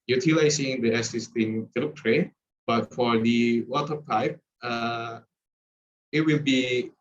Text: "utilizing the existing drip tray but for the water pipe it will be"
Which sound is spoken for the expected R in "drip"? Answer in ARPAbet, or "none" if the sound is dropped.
none